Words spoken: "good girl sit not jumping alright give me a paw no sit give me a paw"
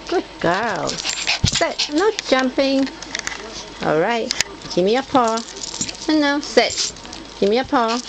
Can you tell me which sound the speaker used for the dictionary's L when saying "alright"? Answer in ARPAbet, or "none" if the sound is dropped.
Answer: L